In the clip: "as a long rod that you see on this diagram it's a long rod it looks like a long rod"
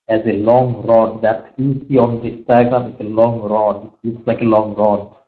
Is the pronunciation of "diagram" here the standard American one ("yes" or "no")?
no